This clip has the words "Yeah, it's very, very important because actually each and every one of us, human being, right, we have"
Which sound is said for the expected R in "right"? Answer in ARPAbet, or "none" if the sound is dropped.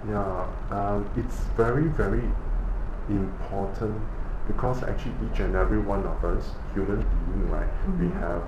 L